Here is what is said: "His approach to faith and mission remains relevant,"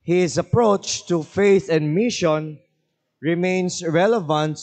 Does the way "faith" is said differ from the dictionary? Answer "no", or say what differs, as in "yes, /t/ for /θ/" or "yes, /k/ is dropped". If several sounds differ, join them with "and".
no